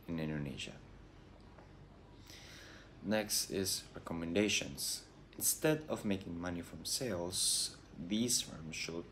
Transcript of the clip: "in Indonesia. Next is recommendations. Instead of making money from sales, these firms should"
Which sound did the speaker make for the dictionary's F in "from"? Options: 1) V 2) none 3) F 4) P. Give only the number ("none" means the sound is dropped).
3